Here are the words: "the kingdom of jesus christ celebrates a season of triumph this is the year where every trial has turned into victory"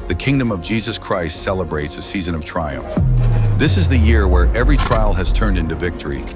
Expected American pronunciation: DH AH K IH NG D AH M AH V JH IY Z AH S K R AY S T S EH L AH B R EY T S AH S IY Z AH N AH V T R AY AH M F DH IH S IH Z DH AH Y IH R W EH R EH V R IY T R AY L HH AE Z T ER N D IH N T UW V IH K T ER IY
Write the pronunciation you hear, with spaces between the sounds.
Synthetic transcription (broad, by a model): DH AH K IH NG D AH M AH V JH IY Z AH S K R AY S T S EH L AH B R EY T S AH S IY Z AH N AH V T R AY AH M F DH IH S IH Z DH AH Y IH R W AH R EH V R IY T R AY L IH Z T ER N D IH N T UW V IH K T ER IY